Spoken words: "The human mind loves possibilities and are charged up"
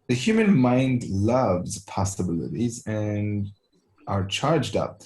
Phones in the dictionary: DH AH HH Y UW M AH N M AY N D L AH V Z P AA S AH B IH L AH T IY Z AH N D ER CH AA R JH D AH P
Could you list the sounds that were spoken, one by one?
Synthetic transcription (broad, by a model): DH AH HH Y UW M AH N M AY N D L AH V Z P AA S AH B IH L AH T IY Z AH N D ER CH AA R JH D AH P